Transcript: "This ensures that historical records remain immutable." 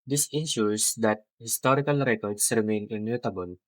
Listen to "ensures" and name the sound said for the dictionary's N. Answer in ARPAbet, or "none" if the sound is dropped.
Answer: none